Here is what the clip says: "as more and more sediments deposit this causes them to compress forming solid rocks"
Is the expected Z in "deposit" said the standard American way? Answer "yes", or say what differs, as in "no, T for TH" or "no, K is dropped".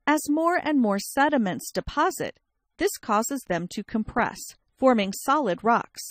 yes